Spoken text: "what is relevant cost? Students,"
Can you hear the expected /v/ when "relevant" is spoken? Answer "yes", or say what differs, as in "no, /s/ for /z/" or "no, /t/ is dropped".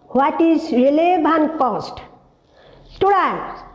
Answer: no, /b/ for /v/